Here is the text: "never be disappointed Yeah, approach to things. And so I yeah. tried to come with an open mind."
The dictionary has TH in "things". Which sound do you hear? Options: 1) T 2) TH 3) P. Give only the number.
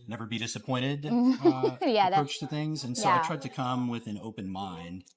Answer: 2